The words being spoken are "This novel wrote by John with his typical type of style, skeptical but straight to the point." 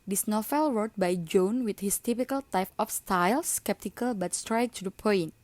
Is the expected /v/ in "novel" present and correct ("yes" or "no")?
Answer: no